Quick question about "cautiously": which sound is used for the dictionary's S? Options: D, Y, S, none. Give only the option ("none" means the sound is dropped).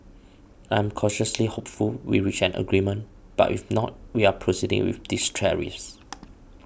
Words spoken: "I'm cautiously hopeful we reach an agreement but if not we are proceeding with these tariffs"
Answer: S